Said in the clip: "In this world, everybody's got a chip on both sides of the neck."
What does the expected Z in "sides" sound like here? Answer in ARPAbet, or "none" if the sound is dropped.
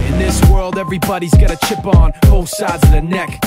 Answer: Z